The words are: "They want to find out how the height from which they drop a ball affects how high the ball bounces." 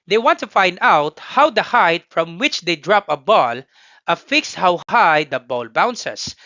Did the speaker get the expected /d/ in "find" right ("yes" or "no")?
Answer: yes